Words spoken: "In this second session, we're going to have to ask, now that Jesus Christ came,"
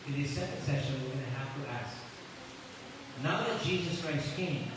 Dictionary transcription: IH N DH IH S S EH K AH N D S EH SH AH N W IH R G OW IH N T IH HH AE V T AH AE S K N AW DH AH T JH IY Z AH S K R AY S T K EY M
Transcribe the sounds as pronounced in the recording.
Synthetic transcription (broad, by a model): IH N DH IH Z S EH K AH N D S EH SH AH N W IH R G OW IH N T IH HH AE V T AH AE S K N AW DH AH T JH IY Z AH S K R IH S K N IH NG